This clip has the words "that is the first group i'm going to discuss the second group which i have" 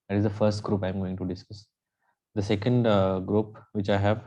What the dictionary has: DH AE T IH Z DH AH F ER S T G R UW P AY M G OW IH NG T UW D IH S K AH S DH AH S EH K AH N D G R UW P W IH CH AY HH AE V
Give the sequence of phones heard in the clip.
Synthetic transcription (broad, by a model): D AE T IH Z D AH F ER S T G R UW P AY M G OW IH NG T UW D IH S K AH S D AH S EH K AH N D G R UW P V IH CH AY HH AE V